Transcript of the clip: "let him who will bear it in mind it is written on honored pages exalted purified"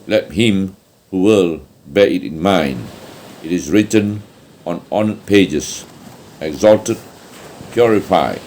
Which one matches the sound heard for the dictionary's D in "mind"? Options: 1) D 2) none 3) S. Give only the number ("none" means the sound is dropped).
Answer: 1